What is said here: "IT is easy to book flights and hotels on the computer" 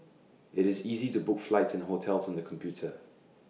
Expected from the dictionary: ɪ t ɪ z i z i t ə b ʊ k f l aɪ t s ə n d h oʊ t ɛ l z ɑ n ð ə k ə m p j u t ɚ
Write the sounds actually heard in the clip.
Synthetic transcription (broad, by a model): ɪ t ɪ z i z i t ə b ʊ k f l aɪ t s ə n h oʊ t ɛ l z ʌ n ð ə k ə m p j u t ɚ